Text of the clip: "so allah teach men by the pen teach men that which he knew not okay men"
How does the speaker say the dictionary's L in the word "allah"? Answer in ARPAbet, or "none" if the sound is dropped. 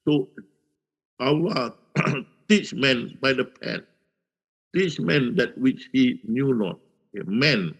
W